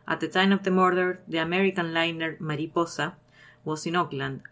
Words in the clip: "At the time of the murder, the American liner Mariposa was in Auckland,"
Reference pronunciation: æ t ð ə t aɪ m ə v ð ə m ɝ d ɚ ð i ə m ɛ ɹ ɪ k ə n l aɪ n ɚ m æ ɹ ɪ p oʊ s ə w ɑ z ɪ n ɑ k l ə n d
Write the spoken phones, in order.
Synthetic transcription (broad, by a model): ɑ t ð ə t aɪ m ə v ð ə m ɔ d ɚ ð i ə m ɛ ɹ ɪ k ə n l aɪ n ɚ m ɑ ɹ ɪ p oʊ s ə w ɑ s ɪ n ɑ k l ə n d